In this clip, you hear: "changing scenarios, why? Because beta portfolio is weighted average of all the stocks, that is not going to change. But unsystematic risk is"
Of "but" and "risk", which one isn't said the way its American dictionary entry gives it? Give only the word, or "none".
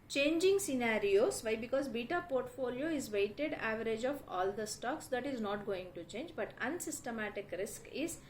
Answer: none